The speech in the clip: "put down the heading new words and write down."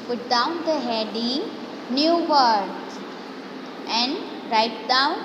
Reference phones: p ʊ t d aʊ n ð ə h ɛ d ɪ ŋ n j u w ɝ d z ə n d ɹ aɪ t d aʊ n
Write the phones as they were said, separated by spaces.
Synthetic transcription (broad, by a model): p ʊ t d aʊ n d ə h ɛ d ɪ n j u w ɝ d ə n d ɹ aɪ t d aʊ n